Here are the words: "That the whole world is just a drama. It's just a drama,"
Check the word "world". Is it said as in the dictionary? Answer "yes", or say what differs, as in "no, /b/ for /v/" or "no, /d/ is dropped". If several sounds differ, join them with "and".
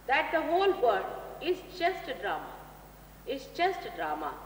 no, /l/ is dropped